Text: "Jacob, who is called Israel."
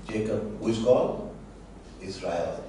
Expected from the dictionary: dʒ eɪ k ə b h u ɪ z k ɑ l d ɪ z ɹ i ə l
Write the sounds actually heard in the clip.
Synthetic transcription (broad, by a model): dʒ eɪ k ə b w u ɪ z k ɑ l ɪ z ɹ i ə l